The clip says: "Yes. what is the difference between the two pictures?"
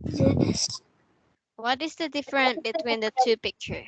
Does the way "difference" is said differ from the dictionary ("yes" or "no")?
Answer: yes